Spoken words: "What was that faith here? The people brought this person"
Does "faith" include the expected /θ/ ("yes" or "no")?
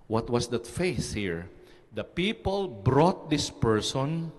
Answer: no